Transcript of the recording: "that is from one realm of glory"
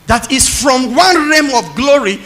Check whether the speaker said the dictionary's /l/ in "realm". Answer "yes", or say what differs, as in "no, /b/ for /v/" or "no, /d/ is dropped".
no, /l/ is dropped